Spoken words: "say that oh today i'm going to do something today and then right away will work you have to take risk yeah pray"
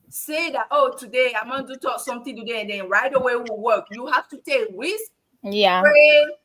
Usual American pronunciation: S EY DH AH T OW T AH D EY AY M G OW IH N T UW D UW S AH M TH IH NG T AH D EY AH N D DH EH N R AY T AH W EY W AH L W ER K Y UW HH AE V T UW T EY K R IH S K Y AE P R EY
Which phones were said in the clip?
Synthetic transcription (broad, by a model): S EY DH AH T OW T AH D EY AY M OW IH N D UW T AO S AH M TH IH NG T AH D EY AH N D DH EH N R AY T AH W EY W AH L W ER K Y UW HH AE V T UW T EY K W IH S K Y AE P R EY